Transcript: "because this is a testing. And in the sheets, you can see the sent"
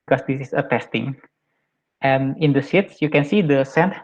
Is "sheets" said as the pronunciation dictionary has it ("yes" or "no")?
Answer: no